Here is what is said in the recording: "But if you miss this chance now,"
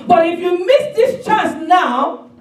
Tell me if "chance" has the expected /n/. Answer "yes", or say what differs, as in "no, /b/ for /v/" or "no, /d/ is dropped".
no, /n/ is dropped